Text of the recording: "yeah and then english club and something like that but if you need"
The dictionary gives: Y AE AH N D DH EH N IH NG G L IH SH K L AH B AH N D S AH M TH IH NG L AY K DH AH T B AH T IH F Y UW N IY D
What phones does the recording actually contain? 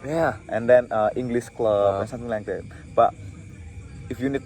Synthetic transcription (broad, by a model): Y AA AH N D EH N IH NG G L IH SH K L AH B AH N S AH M T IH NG L AY K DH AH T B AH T IH F Y UW N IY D